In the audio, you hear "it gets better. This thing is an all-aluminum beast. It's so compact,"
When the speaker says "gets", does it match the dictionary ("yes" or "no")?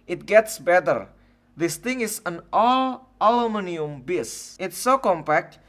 yes